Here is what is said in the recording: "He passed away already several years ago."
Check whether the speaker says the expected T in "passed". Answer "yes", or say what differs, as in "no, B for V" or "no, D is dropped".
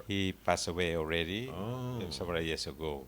no, T is dropped